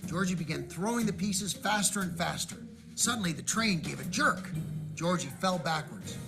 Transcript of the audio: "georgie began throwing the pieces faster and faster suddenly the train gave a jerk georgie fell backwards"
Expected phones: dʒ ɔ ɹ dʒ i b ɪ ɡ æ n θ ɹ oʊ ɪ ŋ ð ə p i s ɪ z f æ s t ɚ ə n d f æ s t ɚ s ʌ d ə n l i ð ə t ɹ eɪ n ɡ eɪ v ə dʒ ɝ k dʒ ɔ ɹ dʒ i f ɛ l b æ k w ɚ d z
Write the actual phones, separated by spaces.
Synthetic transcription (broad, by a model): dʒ ɔ ɹ dʒ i b ɪ ɡ æ n θ ɹ oʊ ɪ ŋ ð ə p i s ɪ z f æ s t ɚ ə n f æ s t ɚ s ʌ d n l i ð ə t ɹ eɪ n ɡ eɪ v ə dʒ ɝ k dʒ ɔ ɹ dʒ i f ɛ l b æ k w ɚ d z